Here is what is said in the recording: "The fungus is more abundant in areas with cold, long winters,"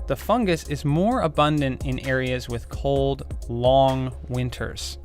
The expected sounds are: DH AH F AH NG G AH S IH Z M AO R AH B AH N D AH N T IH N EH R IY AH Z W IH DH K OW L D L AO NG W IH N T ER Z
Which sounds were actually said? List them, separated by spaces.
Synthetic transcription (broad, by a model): DH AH F AH NG G AH S IH Z M AO R AH B AH N D AH N T IH N EH R IY AH Z W IH DH K OW L D L AO NG W IH N T ER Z